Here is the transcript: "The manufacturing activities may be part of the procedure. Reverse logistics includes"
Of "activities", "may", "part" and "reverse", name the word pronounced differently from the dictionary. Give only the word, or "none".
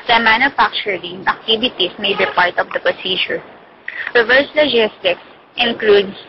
activities